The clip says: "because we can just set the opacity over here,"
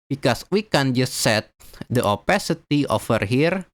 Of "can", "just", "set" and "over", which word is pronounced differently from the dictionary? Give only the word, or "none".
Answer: over